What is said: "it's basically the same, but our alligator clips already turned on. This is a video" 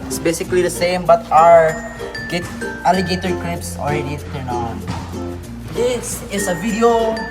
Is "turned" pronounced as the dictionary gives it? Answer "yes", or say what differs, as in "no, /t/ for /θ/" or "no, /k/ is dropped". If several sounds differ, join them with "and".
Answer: no, /d/ is dropped